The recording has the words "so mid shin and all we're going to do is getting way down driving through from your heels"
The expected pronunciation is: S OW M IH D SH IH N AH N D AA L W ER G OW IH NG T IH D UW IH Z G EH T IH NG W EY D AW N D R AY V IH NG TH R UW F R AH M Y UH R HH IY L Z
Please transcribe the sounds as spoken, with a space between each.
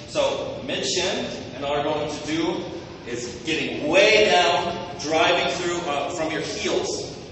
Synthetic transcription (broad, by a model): S OW M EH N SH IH N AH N AA L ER G OW IH NG T IH D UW IH Z G EH T IH NG W EY D AW N D R AY V IH NG TH R UW F R AH M Y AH R HH IY L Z